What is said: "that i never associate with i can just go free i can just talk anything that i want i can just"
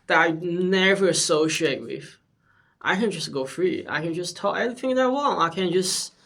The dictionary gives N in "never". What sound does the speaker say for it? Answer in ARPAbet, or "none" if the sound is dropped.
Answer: N